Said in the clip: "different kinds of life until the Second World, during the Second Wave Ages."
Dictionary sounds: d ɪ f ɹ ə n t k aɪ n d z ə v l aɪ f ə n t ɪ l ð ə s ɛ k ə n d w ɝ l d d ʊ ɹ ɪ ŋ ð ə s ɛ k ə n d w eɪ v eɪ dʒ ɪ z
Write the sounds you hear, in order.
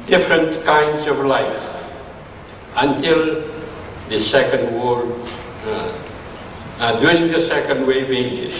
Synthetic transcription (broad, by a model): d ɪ f ɹ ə n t k aɪ n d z ə v l aɪ f ə n t ɪ l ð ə s ɛ k ə n d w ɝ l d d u ɪ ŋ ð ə s ɛ k ə n d w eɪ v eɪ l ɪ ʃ